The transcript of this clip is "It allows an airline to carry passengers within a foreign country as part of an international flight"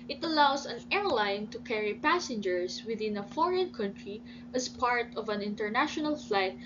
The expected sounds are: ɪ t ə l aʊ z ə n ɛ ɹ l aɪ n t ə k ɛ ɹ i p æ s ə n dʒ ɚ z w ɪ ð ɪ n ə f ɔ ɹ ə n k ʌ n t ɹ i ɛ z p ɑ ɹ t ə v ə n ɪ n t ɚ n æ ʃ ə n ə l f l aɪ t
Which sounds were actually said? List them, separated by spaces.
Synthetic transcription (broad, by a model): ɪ t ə l aʊ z ə n ɛ ɹ l aɪ n t ə k ɛ ɹ i p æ s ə n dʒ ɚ s w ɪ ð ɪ n ə f ɔ ɹ ə n k ʌ n t ɹ i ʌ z p ɑ ɹ t ə v ə n ɪ n t ɚ n æ ʃ ə n ə l f l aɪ t